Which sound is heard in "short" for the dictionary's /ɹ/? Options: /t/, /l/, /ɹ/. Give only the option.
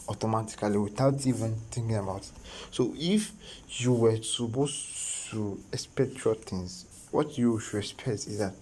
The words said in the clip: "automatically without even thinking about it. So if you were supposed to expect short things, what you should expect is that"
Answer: /l/